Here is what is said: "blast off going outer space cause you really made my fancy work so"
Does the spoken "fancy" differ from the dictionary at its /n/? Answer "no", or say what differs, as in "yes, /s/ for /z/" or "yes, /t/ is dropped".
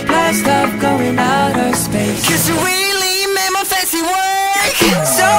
yes, /n/ is dropped